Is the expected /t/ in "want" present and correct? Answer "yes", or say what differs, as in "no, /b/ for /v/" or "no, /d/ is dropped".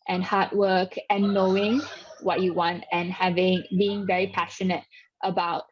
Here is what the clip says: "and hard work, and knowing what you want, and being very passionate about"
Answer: yes